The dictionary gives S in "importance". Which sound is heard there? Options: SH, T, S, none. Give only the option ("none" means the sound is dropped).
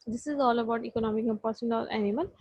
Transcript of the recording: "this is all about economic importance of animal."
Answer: none